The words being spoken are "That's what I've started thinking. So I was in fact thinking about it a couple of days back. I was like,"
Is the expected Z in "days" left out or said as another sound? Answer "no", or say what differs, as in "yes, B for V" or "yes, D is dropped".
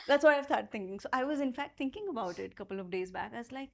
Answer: no